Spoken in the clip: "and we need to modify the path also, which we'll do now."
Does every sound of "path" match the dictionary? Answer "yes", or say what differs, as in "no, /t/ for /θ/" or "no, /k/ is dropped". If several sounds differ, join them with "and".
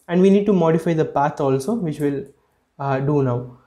no, /t/ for /θ/